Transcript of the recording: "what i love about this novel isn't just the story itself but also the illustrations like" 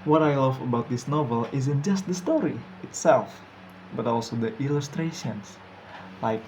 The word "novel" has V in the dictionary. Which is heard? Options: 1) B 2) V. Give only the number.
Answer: 2